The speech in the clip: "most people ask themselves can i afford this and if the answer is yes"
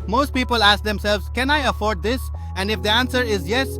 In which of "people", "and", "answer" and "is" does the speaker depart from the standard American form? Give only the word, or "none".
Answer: none